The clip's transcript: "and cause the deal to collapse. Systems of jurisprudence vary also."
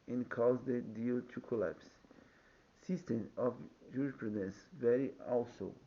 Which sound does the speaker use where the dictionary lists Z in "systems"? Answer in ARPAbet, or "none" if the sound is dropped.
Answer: none